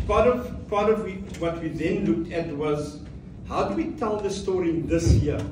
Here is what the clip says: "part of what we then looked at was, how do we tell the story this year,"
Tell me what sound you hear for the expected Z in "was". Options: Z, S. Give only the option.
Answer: Z